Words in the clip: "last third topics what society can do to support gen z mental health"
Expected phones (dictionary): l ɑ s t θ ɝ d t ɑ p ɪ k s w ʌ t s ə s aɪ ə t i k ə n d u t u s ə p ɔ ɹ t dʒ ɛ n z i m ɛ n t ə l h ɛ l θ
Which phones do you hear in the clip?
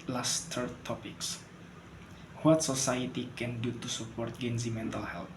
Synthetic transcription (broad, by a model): l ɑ s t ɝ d t ɑ p ɪ k s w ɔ t s ə s aɪ ə t i k ə n d u t u s ə p ɔ ɹ t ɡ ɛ n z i m ɛ n t ə l h ɛ l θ